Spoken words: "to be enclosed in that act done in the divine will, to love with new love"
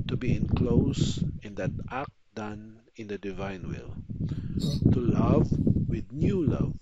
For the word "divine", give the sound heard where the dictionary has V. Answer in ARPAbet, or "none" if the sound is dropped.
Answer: V